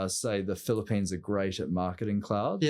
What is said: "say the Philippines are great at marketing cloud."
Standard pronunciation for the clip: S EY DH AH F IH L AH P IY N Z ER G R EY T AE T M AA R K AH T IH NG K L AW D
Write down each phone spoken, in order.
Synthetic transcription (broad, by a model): S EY DH AH F IH L AH P IY N Z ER G R EY T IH T M AA R K AH T IH NG K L AW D